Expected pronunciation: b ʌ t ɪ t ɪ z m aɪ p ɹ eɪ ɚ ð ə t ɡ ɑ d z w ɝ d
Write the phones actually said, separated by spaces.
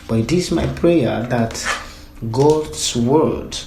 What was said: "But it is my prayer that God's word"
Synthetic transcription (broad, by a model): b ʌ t ɪ t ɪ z m aɪ p ɹ eɪ ɚ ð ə t ɡ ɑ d s w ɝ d